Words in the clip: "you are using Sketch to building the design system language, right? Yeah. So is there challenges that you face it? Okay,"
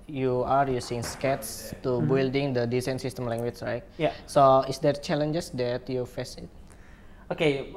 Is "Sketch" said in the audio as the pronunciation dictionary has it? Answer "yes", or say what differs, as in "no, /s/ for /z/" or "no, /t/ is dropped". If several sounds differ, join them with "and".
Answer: no, /s/ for /tʃ/